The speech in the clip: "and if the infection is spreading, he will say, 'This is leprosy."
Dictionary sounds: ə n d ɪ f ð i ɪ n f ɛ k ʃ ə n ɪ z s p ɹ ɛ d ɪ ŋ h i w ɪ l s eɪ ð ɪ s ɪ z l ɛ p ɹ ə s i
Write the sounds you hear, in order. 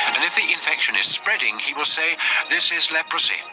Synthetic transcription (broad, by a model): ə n ɪ f ð i ɪ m f ɛ k ʃ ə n ɪ z s p ɹ ɛ d ɪ ŋ i w ɪ l s eɪ ð ɪ s ɪ z l ɛ p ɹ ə s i